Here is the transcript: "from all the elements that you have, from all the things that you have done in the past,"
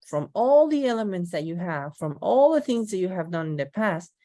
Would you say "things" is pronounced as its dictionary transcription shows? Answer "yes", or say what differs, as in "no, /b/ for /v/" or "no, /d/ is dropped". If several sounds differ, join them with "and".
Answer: yes